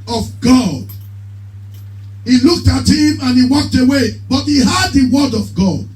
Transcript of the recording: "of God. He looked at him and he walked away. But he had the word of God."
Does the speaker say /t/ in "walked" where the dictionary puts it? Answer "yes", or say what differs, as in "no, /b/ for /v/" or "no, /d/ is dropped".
yes